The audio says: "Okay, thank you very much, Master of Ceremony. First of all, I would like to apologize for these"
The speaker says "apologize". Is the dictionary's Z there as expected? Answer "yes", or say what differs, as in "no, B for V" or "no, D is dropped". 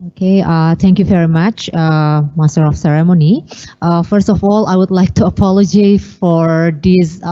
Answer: no, Z is dropped